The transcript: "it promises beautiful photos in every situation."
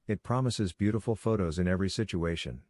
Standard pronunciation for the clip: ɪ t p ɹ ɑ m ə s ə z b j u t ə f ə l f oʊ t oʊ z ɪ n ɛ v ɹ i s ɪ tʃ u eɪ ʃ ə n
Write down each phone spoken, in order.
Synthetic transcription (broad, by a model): ɪ t p ɹ ɑ m ə s ə z b j u t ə f l f oʊ t oʊ z ɪ n ɛ v ɹ i s ɪ tʃ u eɪ ʃ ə n